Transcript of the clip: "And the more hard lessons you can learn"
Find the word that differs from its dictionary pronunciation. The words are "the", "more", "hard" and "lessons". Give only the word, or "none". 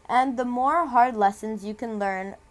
none